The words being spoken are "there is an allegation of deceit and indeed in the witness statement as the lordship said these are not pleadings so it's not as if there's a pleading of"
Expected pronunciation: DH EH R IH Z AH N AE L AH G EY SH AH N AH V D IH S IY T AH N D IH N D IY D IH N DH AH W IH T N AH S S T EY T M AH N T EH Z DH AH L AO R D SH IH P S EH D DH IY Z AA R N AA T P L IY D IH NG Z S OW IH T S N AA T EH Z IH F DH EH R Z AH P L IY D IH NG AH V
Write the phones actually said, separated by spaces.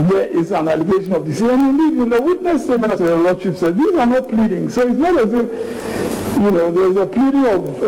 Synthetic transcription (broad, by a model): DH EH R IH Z AH N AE L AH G EY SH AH N AH V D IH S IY AH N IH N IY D IH N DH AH W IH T N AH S S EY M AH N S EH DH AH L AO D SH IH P S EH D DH IY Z AA R N AA T P L IY D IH NG S OW IH T S N AA T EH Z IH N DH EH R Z AH P L IY D IH NG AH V